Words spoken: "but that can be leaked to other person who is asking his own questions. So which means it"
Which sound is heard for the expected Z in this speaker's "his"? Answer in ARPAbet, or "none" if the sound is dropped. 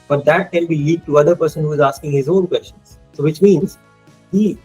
Z